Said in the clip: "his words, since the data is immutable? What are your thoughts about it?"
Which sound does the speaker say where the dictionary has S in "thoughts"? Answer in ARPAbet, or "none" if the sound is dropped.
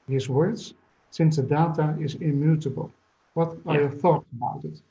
none